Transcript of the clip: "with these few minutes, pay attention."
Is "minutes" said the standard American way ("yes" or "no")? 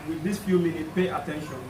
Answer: no